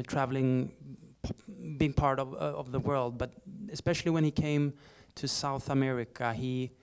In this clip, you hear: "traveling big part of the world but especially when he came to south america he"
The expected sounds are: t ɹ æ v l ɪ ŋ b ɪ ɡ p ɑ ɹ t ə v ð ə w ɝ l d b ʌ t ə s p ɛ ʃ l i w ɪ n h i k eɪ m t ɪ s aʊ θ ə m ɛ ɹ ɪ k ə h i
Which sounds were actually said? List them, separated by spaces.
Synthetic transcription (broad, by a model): t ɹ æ v l ɪ ŋ b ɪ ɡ p ɑ ɹ t ə v ð ə w ɝ l d b ʌ t ə s p ɛ ʃ l i w ɪ n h i k eɪ m t ɪ s aʊ θ ə m ɛ ɹ ɪ k ə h i